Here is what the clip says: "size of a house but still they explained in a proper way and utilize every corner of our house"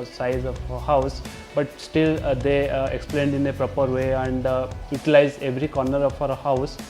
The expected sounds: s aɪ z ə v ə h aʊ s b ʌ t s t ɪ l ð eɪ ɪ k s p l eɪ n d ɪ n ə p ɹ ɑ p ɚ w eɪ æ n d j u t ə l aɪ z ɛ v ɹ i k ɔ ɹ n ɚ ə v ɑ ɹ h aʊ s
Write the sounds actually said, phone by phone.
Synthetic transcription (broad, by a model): s aɪ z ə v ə h aʊ s b ʌ t s t ɪ l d eɪ ɪ k s p l eɪ n d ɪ n ə p ɹ ɑ p ɚ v eɪ æ n d j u t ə l aɪ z ɛ v ɹ i k ɔ ɹ n ɚ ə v ɑ ɹ h aʊ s